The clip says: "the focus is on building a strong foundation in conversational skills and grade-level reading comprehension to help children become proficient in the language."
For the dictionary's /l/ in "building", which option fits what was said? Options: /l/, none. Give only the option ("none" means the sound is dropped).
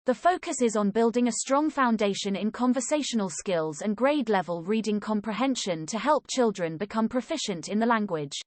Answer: /l/